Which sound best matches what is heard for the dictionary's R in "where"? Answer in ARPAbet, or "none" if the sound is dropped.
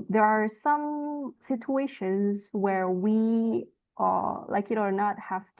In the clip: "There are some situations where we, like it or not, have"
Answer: R